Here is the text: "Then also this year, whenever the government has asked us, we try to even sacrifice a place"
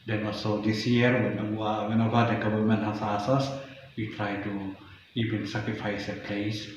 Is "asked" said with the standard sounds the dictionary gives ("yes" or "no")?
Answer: no